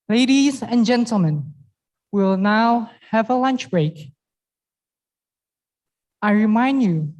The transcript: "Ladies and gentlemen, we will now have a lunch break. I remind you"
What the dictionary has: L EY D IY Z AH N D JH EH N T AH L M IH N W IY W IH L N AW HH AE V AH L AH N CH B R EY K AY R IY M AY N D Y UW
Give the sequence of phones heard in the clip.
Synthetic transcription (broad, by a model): L EY D IY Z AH N JH EH N T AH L M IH N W W IH L N AW HH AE V AH L AH N CH B R EY K AY R IY M AY N D Y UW